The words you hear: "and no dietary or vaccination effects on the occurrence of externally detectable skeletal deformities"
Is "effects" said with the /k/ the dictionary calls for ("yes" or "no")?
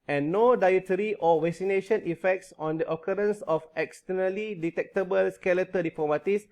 yes